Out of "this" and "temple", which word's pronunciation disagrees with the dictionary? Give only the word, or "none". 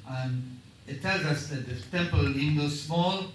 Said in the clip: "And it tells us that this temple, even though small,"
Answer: this